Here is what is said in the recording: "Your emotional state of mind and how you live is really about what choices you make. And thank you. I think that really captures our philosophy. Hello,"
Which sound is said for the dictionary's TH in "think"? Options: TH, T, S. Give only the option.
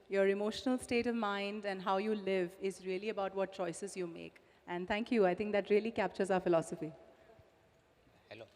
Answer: T